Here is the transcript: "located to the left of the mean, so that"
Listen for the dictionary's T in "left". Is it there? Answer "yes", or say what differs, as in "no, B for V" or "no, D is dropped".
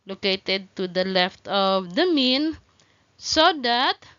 yes